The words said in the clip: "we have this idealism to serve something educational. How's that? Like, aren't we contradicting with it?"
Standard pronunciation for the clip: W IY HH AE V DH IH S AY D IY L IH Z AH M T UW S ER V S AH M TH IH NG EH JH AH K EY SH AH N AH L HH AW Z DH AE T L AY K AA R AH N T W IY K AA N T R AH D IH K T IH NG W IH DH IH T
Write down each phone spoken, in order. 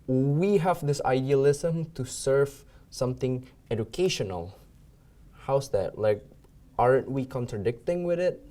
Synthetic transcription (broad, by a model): W IY HH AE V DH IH S AY D IY L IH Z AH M T UW S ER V S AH M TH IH NG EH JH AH K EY SH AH N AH L HH AW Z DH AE T L AY K AA R AH N T W IY K AA N T R AH D IH K T IH NG W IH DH IH T